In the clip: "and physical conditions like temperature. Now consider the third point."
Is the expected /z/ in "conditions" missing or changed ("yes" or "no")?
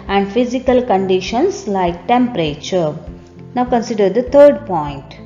yes